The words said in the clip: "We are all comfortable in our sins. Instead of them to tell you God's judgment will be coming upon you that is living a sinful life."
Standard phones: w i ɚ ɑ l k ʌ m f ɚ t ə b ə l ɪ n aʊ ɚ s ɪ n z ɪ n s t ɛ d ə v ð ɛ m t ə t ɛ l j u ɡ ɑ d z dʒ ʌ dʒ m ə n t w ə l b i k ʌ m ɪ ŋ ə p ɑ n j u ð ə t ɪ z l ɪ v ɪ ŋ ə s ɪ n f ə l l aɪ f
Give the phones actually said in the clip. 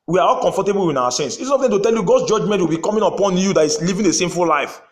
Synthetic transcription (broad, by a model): w i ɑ ɑ l k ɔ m f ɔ t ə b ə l ɪ n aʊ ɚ s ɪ n s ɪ s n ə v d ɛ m t ə t ɛ l j u ɡ ɑ d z dʒ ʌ dʒ m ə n t w ə l b i k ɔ m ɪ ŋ ə p ɑ n j u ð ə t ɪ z l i v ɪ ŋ ə s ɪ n f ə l l aɪ f